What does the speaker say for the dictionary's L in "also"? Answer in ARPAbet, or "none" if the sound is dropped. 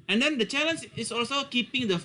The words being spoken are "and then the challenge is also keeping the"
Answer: L